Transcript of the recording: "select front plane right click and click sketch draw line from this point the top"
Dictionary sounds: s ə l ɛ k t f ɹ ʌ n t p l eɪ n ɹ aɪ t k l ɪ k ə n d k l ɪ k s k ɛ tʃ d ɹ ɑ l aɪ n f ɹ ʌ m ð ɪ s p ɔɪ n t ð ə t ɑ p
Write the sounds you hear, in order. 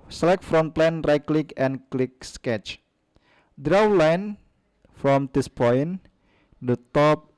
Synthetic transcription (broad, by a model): s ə l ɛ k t f ɹ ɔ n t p l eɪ n ɹ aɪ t k l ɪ k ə n k l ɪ k s k ɛ tʃ d ɹ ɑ l aɪ n f ɹ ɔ m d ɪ s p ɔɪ n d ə t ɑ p